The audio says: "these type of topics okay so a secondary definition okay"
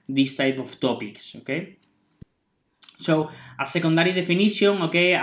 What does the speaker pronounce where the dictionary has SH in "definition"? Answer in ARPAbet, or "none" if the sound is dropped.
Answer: S